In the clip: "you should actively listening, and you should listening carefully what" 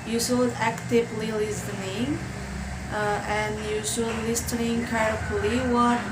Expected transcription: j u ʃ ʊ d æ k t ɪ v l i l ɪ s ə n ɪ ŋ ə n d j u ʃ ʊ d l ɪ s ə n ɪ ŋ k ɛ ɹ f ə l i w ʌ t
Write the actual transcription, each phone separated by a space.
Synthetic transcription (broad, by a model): j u s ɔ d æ k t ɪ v l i l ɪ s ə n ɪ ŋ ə n j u s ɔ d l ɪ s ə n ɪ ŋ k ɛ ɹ ə l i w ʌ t